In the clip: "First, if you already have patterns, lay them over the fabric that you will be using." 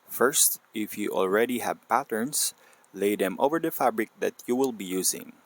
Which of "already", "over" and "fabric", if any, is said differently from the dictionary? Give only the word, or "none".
none